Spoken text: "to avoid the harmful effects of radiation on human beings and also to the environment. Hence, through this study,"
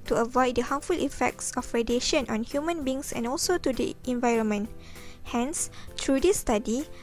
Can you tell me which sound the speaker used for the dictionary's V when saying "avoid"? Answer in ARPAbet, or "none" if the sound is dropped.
V